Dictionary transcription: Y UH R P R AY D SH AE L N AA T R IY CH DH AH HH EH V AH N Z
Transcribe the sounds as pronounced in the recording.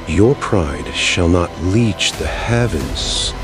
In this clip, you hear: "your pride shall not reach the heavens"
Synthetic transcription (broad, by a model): Y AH R P R AY D SH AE L N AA T L IY CH DH AH HH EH V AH N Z